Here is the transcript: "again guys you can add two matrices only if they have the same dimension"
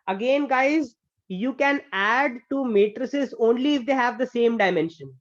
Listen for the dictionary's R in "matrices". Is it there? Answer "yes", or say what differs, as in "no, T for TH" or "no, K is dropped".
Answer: yes